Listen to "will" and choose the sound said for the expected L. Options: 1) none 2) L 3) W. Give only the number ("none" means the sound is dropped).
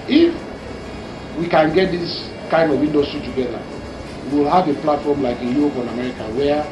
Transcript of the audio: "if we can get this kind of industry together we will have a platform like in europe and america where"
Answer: 2